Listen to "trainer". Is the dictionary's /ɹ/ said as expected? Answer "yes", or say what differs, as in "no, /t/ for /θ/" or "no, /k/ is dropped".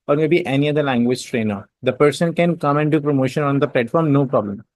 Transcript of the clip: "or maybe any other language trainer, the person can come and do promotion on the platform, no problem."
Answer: yes